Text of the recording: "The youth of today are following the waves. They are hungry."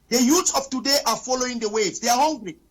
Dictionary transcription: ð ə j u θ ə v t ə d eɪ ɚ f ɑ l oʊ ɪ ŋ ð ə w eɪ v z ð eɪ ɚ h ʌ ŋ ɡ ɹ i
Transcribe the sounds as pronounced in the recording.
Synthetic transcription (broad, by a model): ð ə j u s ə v t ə d eɪ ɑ f ɑ l oʊ ɪ ŋ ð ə w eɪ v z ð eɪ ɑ h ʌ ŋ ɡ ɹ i